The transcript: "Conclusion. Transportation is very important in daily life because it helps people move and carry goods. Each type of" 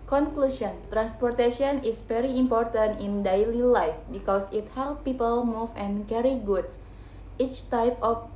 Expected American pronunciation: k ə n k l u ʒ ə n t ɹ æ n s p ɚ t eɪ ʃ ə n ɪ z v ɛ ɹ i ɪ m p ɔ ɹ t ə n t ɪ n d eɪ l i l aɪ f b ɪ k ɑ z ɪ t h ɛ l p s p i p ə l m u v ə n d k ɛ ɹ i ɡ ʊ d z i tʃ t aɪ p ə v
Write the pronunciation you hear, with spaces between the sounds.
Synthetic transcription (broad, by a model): k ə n k l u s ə n t ɹ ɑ n s p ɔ t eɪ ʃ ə n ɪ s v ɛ ɹ i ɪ m p ɔ ɹ t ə n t ɪ n d eɪ l i l aɪ f b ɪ k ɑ s ɪ t h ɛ l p p i p ə l m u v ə n k ɛ ɹ i ɡ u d s i tʃ t aɪ p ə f